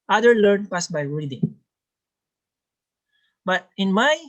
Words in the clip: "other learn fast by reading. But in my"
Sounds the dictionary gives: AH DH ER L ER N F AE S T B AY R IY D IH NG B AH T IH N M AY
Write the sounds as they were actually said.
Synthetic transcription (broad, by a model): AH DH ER L ER N P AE S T B AY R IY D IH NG B AH T IH N M AY